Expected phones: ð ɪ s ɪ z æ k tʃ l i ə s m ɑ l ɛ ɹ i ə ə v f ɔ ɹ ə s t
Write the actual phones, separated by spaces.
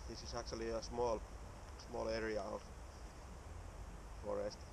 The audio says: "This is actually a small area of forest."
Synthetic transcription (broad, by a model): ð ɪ s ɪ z æ k tʃ l i ə s m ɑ l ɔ l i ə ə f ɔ ɹ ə s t